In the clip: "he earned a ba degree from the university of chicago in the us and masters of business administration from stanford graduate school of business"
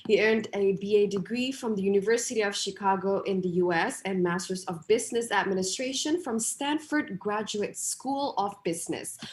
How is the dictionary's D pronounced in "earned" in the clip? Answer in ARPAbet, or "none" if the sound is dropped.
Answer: D